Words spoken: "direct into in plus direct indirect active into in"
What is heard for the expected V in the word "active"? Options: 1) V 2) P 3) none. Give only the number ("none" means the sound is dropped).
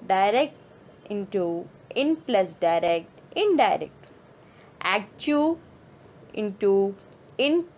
3